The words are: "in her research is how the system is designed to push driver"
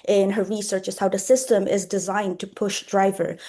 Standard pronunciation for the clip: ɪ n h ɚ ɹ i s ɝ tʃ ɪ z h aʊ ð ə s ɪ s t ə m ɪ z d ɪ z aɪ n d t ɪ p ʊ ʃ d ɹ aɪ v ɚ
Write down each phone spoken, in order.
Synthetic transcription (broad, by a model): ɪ n h ɚ ɹ i s ɝ tʃ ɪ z h aʊ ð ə s ɪ s t ə m ɪ z d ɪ z aɪ n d t ɪ p ʊ ʃ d ɹ aɪ v ɚ